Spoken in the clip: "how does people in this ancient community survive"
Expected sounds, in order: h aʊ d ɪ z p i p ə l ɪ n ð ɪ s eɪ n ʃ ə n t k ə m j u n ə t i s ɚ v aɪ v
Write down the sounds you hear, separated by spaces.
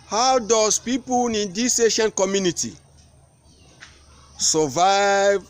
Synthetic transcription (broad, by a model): h aʊ d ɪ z p i p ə n ɪ n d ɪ s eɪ ʃ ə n k ə m j u n ə t i s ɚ v aɪ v